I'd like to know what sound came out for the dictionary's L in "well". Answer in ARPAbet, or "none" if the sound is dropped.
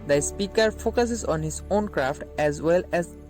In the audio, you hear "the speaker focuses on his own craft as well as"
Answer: L